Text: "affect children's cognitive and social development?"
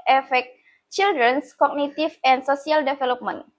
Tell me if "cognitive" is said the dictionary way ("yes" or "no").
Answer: no